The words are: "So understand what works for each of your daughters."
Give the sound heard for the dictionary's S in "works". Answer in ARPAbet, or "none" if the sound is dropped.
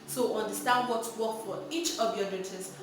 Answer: none